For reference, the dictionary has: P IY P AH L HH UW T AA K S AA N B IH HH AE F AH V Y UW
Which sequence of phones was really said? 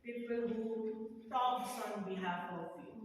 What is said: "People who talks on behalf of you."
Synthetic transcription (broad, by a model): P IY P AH L HH UW S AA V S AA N B IH HH AE F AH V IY